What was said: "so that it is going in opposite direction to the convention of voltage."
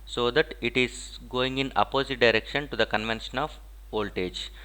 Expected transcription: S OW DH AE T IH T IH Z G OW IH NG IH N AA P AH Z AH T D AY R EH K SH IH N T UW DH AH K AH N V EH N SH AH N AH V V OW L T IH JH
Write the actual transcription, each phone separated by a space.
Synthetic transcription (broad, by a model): S OW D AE T IH T IH Z G OW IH NG IH N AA P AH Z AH T D AY R EH K SH IH N T UW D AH K AH N V EH N SH AH N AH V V OW L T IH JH